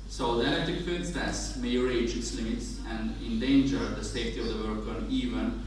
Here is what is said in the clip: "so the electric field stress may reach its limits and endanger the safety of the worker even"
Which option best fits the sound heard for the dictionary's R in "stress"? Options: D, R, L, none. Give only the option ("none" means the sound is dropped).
none